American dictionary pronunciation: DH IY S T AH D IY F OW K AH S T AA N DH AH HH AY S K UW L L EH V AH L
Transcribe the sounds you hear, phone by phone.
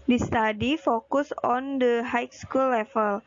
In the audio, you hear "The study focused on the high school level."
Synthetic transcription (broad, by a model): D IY S T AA D IY F OW K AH S AA N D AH HH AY S K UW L L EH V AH L